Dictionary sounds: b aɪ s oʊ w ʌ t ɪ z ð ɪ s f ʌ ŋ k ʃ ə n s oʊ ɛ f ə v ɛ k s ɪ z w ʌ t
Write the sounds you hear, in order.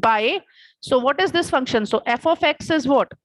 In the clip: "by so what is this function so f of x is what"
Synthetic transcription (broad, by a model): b aɪ s oʊ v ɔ t ɪ z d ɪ s f ʌ ŋ k ʃ ə n s oʊ ɛ f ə f ɛ k s ɪ z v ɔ t